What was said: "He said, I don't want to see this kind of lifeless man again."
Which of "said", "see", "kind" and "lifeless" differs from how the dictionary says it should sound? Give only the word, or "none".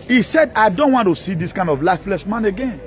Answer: none